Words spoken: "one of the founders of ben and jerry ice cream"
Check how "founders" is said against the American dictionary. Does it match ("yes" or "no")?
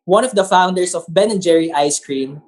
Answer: no